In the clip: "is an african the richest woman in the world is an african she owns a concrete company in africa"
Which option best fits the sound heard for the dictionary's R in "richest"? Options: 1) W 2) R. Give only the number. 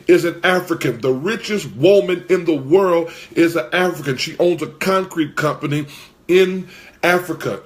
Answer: 2